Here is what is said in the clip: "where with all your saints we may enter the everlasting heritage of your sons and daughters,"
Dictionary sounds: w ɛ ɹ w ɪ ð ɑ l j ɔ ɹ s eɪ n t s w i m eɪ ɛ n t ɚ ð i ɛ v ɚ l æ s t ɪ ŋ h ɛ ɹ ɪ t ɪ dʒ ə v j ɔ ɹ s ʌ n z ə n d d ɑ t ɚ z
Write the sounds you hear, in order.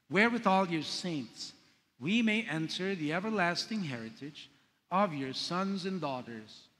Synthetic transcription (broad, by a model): w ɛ ɹ w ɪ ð ɑ l j ɔ ɹ s eɪ n t s w i m eɪ ɛ n t ɚ ð i ɛ v ɚ l æ s t ɪ ŋ h ɛ ɹ ɪ t ɪ dʒ ə v j ɔ ɹ s ʌ n z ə n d d ɑ t ɚ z